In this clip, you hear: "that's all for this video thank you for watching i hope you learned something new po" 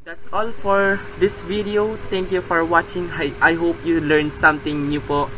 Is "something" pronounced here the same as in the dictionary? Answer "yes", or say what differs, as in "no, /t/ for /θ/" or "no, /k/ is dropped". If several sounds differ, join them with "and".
no, /t/ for /θ/